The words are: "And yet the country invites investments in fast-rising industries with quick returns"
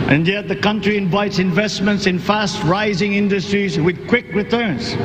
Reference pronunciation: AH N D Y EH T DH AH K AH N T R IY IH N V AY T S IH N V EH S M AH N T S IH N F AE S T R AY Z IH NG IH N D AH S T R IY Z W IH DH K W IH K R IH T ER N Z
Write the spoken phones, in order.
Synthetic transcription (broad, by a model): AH N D Y EH T DH AH K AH N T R IY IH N V AY T S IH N V EH S M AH N T S IH N F AE S T R AY Z IH NG IH N D AH S T R IY Z W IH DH K W IH K R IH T ER N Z